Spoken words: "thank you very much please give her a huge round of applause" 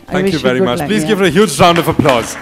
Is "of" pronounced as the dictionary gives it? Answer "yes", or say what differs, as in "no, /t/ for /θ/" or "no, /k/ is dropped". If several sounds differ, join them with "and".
yes